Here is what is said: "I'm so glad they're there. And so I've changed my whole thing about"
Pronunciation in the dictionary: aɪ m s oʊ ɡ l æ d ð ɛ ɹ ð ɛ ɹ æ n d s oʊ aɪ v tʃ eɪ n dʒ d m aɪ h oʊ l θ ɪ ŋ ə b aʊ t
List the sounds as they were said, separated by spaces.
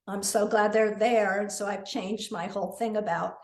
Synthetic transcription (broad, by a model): aɪ m s oʊ ɡ l æ d ð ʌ ɹ ð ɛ ɹ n s oʊ aɪ v tʃ eɪ n dʒ d m aɪ h oʊ l θ ɪ ŋ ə b aʊ t